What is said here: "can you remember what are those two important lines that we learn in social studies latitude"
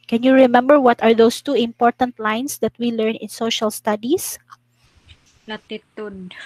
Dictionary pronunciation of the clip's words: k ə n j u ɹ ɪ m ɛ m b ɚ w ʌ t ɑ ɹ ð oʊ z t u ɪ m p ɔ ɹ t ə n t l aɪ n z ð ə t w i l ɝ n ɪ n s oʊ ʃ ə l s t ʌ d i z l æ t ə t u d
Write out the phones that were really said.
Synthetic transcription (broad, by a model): k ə n j u ɹ ɪ m ɛ m b ɚ w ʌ t ɑ ɹ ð oʊ s t u ɪ m p ɔ ɹ t ə n t l aɪ n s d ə t w i l ɝ n ɪ n s oʊ ʃ ə l s t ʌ d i s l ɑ t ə t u d